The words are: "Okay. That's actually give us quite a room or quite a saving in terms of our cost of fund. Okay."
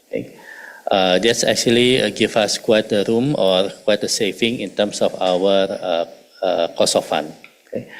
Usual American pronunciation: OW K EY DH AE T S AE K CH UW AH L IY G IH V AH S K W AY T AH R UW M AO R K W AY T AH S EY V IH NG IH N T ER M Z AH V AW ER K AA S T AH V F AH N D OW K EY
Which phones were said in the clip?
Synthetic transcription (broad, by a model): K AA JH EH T S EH K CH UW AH L IY G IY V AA S K W AY T AH R UW M AO R K W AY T AH S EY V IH NG IH N T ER M S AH F AW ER K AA S AH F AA N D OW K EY